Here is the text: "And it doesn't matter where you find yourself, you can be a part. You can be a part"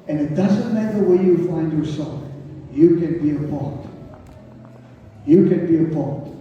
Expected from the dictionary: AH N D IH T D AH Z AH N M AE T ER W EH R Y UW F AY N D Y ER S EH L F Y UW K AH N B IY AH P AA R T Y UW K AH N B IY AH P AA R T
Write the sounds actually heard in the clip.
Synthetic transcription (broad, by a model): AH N IH T D AH Z AH N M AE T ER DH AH W Y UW F AY N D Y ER S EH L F Y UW K AH N B IY AH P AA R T Y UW K AH N B IY AH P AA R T